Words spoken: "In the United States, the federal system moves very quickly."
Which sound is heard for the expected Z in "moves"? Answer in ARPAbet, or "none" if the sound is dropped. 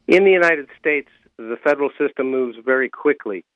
Z